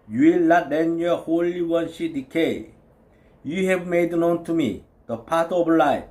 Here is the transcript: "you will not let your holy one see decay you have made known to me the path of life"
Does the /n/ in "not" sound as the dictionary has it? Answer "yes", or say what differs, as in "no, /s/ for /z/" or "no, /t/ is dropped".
no, /l/ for /n/